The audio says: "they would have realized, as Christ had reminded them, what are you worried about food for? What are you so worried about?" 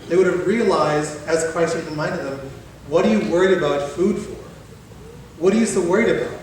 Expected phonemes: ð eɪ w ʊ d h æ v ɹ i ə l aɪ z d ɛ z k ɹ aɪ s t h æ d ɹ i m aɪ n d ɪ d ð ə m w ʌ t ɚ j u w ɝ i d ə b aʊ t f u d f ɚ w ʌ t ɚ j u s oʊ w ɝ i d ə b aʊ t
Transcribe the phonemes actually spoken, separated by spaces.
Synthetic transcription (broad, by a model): ð eɪ w ʊ d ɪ v ɹ i ə l aɪ z d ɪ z k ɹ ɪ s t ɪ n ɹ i m aɪ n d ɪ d ð ə m w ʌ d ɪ j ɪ w ɝ i d ə b aʊ t f u d f ɚ w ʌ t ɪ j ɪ s oʊ w ɝ i d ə b aʊ t